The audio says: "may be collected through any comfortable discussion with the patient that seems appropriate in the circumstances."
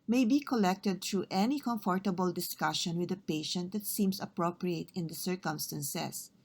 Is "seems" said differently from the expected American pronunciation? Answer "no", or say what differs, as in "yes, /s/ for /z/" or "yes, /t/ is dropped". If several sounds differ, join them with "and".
yes, /s/ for /z/